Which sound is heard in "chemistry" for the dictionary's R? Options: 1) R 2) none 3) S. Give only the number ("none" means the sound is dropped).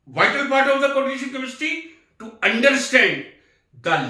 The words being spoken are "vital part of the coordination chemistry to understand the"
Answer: 2